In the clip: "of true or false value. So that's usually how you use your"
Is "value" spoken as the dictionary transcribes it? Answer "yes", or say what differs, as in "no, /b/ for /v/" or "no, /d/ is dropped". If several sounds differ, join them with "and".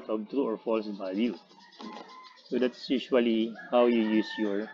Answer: no, /b/ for /v/